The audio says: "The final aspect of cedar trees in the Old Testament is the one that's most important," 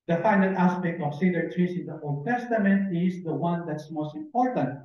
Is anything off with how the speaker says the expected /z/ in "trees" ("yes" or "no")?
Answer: yes